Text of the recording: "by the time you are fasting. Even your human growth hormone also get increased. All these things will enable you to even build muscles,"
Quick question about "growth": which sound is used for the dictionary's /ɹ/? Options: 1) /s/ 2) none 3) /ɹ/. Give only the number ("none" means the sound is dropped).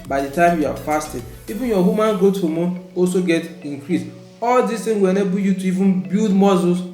2